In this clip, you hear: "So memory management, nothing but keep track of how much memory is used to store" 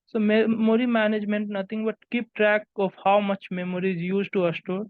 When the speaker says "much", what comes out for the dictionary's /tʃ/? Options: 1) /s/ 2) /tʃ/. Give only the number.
2